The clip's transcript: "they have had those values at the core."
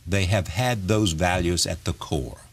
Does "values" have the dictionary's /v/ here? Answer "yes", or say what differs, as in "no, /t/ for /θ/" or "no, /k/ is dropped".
yes